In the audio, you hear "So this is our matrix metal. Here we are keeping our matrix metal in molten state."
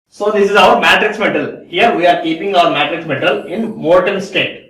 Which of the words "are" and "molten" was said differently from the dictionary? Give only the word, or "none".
molten